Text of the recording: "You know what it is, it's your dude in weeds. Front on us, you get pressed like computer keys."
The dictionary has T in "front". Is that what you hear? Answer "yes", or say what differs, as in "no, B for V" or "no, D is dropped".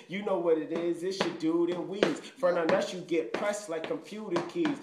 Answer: no, T is dropped